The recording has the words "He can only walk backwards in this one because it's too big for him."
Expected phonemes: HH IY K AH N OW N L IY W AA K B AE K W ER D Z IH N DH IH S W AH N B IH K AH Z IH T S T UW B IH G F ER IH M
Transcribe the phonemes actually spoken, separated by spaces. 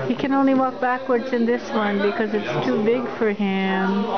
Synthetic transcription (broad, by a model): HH IY K AH N OW N L IY W AA K B AE K W ER D Z IH N DH IH S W AH N B IH K AH Z IH T S T UW B IH G F ER IH M